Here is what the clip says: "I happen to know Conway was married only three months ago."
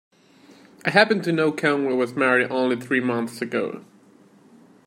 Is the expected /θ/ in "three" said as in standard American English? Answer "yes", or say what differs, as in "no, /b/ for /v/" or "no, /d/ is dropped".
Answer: yes